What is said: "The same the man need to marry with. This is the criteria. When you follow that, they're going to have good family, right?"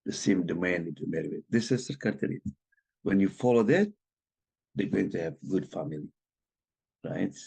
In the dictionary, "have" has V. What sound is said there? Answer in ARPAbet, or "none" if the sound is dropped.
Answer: V